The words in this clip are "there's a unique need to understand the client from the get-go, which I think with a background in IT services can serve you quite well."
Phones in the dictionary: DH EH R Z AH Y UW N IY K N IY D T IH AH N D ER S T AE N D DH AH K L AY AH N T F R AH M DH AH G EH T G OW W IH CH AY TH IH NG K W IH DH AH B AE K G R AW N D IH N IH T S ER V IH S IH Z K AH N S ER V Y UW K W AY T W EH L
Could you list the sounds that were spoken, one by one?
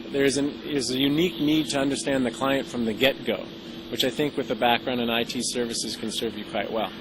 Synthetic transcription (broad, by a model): DH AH R Z AH Y UW N IY K N IY D T IH AH N D ER S T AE N DH AH K L AY AH N T F R AH M DH AH G EH T G OW W IH CH AY TH IH NG K W IH DH AH B AE K G R AW N D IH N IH T S ER V IH S IH Z K AH N S ER V Y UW K W AY T W EH L